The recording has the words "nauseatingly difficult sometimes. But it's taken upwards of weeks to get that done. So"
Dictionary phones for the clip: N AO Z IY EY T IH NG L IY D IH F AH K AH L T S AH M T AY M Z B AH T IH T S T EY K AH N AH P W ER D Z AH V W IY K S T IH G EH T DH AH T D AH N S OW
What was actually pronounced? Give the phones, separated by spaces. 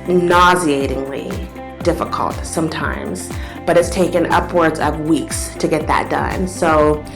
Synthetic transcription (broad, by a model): N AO Z IY EY T IH NG L IY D IH F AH K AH L T S AH M T AY M Z B AH T IH T S T EY K AH N AH P W ER D Z AH V W IY K S T IH G EH T DH AH T D AH N S OW